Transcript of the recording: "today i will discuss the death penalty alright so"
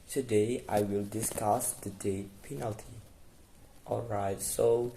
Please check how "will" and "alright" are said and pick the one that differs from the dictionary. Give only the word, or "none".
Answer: none